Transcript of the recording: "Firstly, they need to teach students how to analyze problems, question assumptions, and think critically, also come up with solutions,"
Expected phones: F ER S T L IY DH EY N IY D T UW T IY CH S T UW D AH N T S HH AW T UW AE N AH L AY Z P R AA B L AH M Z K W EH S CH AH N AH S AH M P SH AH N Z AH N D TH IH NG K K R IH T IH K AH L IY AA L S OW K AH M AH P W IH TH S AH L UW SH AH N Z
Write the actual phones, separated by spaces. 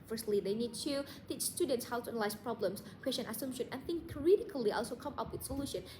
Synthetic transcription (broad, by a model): F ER S T L IY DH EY N IY D T UW T IY CH S T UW D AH N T S HH AW T UW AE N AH L AY S P R AA B L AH M S K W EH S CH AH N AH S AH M SH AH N AH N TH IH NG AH R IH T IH K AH L IY AA L S OW K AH M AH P W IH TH S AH L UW SH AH N